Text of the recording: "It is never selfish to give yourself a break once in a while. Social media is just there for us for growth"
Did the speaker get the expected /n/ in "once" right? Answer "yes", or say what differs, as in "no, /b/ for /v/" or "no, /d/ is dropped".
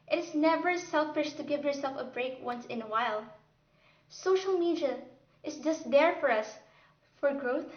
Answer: yes